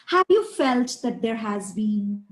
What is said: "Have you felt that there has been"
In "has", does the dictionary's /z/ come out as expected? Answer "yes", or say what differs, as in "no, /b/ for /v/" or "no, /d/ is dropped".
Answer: yes